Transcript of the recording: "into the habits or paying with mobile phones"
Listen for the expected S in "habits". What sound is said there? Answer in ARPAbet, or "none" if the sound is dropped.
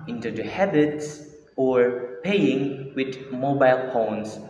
S